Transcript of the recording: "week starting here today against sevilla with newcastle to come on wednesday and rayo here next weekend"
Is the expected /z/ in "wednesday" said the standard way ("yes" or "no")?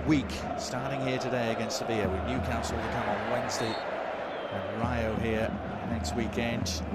yes